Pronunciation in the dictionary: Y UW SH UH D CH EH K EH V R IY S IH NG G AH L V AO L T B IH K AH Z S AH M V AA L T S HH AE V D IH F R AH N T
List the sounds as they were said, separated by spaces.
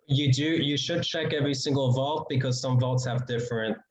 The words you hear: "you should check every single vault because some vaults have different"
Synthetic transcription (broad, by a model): Y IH SH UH D CH EH K EH V R IY S IH NG G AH L V AO L T B IH K AH Z S AH M V AA L T S HH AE V D IH F R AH N T